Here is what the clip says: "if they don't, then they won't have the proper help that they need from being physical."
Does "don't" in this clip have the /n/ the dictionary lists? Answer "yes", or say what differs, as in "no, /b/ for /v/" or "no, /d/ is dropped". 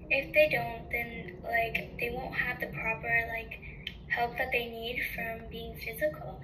yes